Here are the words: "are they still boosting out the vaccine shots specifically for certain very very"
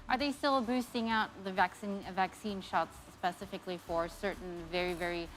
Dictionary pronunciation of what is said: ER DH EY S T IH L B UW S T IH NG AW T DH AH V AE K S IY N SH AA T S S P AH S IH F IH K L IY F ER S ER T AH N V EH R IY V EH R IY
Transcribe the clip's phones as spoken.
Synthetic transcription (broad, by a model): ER DH EY S T IH L B UW S T IH NG AW T DH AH V AE K S IY N SH AA T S S P AH S IH F IH K L IY F ER S ER T N V EH R IY V EH R IY